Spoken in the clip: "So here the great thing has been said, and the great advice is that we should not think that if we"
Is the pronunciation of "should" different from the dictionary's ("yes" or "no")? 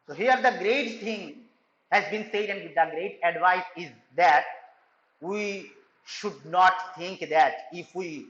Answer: no